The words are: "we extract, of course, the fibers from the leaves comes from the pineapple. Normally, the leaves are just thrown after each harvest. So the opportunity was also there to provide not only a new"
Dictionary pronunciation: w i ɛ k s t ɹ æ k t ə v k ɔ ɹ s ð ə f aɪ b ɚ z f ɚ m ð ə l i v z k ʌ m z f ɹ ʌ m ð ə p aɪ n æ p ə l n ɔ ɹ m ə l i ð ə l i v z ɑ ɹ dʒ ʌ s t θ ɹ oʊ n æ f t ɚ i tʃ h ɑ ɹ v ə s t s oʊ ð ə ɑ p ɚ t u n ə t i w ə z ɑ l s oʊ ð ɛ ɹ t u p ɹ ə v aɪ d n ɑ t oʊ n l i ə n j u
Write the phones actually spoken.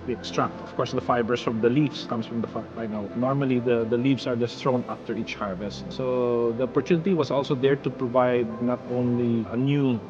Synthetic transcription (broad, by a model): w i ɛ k s t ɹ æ k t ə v k ɔ ɹ s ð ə f aɪ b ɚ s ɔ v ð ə l i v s k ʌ m s f ɹ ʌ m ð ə b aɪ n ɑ ə n ɔ ɹ m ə l i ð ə l i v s ɑ ɹ dʒ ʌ s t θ ɹ oʊ n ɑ f t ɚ i tʃ h ɑ ɹ v ə s t s oʊ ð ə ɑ p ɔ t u n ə t i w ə s ɑ l s oʊ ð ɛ ɹ t u p ɹ ə v aɪ d n ɑ t oʊ n l i ə n j u